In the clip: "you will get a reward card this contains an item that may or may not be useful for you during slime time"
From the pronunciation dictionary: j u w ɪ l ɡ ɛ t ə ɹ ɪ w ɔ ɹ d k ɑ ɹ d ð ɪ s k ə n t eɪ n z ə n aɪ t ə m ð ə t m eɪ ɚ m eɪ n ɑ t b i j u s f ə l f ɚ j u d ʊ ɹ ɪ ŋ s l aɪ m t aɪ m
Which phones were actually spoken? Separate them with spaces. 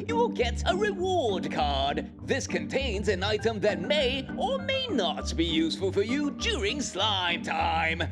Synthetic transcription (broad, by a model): j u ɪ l ɡ ɛ t ə ɹ ɪ w ɔ ɹ d k ɑ ɹ d ð ɪ s k ə n t eɪ n z ə n aɪ t ə m ð ə t m eɪ ɚ m eɪ n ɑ t b i j u s f ə l f ɚ j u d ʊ ɹ ɪ ŋ s l aɪ m t aɪ m